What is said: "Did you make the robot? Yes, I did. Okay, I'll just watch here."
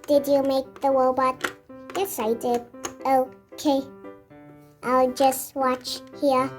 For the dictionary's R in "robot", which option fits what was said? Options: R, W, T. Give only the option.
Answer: W